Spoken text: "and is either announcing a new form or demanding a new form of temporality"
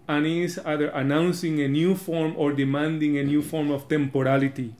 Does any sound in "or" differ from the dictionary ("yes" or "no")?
no